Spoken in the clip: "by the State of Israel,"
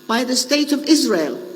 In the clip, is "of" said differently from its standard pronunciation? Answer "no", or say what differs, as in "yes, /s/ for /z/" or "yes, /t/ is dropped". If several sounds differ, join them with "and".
no